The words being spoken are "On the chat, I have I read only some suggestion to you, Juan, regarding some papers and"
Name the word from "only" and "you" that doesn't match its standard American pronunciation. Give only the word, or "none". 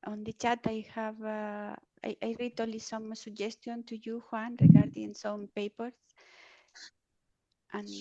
only